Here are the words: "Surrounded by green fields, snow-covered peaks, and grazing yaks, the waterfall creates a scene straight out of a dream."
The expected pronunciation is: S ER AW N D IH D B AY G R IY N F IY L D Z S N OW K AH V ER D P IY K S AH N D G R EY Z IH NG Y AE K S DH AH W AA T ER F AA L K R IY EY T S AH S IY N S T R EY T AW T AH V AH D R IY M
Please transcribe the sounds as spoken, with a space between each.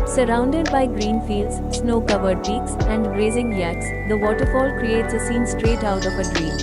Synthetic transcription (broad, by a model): S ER AW N D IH D B AY G R IY N F IY L D Z S N OW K AH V ER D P IY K S AH N D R EY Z IH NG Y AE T S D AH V AA T ER F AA L K R IY EY T S AH S IY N S T R EY T AW T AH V AH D R IY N